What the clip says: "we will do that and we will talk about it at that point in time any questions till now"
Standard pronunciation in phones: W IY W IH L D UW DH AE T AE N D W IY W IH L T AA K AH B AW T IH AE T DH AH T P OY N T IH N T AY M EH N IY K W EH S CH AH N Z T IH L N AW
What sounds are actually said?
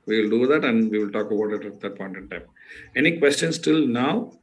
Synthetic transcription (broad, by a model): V IY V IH L D UW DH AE T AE N D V IY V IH L T AA K AH B AW T IH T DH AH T P OY N T IH N T AY M EH N IY K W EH S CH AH N S T IH L N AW